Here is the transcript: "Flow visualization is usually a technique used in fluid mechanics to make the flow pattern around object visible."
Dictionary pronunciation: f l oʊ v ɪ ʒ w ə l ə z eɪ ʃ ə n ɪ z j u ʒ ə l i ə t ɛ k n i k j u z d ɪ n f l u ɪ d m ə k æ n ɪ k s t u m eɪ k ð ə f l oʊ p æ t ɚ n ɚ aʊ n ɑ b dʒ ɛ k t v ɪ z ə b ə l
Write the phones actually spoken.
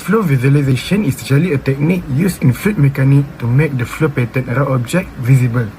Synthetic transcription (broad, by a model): f l oʊ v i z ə l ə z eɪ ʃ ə n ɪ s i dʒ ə l i ə t ɛ k n i k j u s ɪ n f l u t m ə k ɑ n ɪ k t u m eɪ k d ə f l oʊ p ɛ t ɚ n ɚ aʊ ɑ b dʒ ɛ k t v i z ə b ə l